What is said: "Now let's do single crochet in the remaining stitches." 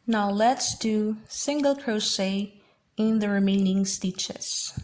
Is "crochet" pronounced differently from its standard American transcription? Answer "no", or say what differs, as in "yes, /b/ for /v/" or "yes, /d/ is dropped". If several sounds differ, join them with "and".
yes, /s/ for /ʃ/